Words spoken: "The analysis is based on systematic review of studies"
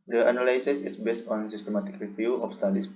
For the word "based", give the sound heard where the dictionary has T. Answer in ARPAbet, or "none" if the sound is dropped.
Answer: T